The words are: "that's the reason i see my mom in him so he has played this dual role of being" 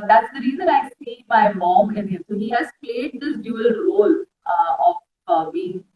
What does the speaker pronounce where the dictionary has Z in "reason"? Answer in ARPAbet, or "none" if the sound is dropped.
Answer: Z